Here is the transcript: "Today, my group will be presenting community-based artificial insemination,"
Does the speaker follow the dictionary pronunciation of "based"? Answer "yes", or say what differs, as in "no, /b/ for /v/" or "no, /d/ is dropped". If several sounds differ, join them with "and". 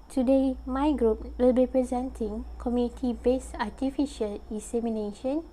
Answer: no, /t/ is dropped